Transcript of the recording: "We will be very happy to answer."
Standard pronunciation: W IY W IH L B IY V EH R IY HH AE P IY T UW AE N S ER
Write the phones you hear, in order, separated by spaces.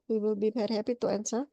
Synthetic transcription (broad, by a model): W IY W IH L B IY B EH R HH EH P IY T UW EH N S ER